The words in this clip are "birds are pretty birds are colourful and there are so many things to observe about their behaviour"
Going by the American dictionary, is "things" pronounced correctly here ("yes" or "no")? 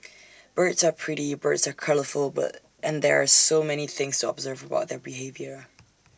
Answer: yes